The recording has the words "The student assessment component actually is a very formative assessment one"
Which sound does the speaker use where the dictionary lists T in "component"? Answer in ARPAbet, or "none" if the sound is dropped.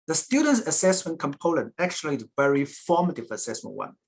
none